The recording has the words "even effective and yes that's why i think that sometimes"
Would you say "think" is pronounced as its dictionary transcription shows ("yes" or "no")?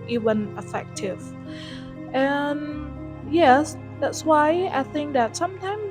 yes